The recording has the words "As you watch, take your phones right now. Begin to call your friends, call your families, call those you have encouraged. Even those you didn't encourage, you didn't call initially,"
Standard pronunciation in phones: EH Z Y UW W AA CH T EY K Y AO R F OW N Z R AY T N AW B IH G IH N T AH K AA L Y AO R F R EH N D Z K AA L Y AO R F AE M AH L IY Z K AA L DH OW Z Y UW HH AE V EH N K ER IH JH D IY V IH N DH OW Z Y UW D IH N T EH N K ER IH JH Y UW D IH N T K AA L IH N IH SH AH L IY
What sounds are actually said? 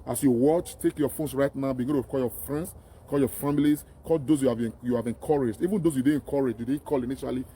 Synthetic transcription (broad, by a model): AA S Y UW W AA CH T EY K Y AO F OW N S R AY T N AW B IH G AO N T AH K AA L Y AO F R EH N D S K AA L Y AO F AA M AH L IY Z K AA L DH OW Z Y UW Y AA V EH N K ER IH JH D IY V IH N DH OW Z Y UW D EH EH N K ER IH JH Y UW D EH K AA L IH N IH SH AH L IY